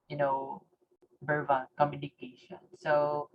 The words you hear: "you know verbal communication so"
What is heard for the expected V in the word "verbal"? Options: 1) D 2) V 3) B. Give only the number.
3